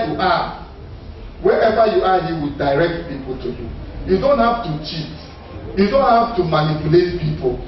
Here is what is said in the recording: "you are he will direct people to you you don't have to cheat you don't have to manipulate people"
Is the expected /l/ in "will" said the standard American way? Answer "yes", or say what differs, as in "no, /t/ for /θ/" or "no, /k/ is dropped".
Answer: no, /w/ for /l/